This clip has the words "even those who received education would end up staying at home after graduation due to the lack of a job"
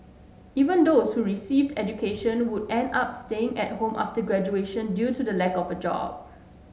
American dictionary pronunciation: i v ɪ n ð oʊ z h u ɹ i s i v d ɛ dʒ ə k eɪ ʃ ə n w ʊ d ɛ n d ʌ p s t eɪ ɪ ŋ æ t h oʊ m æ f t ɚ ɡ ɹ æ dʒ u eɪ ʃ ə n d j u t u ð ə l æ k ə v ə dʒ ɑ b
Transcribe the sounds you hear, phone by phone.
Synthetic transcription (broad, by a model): i v ɪ n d oʊ s h u ɹ i s i v d ɛ dʒ ə k eɪ ʃ ə n w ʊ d ɛ n d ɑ p s t eɪ ɪ ŋ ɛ t h oʊ m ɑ f t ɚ ɡ ɹ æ dʒ u eɪ ʃ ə n d j u t u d ə l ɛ k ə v ə dʒ ɑ b